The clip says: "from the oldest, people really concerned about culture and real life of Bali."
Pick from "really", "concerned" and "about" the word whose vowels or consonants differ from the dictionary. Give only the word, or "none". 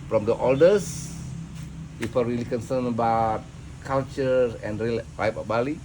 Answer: concerned